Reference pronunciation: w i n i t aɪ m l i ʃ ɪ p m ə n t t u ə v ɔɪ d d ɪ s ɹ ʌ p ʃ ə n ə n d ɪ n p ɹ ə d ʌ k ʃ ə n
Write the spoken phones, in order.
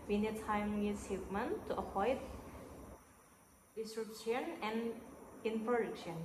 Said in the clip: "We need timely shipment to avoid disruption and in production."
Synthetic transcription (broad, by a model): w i n i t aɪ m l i s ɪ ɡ m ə n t t u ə p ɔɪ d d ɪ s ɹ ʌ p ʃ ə n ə n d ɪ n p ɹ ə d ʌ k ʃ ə n